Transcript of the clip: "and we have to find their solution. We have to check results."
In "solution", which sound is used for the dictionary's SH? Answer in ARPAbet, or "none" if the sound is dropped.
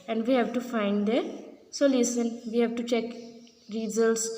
S